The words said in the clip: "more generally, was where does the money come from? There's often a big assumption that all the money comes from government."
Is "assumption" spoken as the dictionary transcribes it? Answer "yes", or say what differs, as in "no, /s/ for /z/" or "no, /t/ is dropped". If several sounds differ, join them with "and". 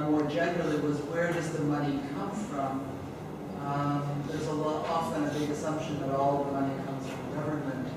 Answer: yes